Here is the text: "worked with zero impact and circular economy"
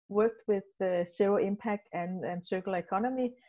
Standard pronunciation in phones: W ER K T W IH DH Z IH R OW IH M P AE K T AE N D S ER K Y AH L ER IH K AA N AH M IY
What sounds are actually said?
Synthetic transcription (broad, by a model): W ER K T W IH DH S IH UH IH M P AE K T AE N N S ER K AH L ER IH K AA N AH M IY